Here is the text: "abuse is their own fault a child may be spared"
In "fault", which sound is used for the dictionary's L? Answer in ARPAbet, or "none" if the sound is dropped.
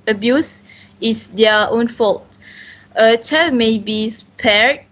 L